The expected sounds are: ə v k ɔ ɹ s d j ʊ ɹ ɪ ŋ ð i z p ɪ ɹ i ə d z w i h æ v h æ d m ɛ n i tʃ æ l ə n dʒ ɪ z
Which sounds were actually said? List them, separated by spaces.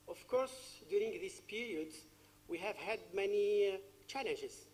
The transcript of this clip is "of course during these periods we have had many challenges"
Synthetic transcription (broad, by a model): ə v k ɔ ɹ s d j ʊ ɹ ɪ ŋ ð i s p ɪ ɹ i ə d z w i h æ v h æ d m ɛ n i tʃ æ l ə n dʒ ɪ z